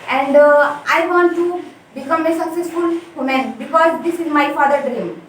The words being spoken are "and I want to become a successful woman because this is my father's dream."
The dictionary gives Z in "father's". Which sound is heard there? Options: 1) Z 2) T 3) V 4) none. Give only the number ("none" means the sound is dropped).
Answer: 4